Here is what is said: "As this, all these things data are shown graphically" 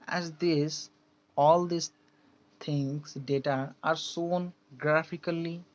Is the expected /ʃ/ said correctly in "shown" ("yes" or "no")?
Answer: no